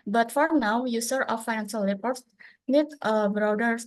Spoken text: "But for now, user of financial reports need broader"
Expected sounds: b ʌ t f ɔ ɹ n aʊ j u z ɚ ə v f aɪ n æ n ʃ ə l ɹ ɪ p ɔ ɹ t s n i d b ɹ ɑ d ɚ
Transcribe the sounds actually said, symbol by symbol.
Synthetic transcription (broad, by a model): b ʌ t f ɔ ɹ n aʊ j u s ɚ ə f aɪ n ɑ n s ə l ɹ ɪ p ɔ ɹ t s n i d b ɹ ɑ d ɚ